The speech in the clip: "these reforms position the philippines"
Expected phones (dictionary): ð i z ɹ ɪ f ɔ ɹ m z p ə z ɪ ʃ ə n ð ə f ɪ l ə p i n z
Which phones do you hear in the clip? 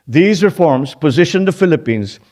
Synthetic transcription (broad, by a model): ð i z ɹ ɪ f ɔ ɹ m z p ə z ɪ ʃ ə n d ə f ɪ l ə p i n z